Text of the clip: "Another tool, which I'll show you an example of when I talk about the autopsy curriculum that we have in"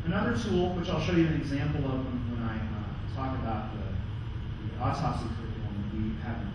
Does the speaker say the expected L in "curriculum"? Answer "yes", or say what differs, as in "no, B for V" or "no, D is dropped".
no, N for L